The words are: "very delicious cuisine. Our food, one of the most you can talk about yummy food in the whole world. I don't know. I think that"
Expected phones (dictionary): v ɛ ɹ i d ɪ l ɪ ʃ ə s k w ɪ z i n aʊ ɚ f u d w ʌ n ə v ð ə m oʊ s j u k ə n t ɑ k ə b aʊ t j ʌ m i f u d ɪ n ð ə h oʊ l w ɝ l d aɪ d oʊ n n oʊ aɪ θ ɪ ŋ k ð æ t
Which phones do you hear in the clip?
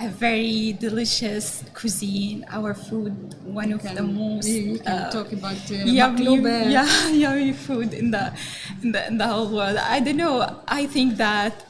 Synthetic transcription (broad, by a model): v ɛ ɹ i d ɪ l ɪ ʃ ə s k w ɪ z i n aʊ ɚ f u d w ʌ n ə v ð ə m oʊ s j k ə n t ɑ k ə b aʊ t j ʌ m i f u d ɪ n ð ə h oʊ l w ɝ l d aɪ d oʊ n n oʊ aɪ θ ɪ ŋ k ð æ t